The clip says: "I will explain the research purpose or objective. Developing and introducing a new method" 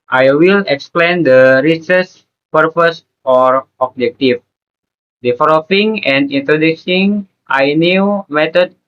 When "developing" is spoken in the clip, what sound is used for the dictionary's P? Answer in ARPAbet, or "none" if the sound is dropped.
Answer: F